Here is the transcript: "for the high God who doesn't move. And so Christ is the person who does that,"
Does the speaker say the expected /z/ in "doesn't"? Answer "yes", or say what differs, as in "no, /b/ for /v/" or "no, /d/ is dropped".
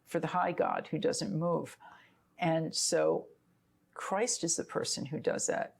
yes